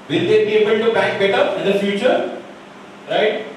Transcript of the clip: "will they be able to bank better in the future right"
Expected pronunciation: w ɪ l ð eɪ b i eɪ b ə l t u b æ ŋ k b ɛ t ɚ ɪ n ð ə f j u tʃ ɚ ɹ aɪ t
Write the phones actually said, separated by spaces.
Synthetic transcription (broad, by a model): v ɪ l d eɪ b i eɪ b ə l t u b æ k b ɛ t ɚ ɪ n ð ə f j u tʃ ɚ ɹ aɪ t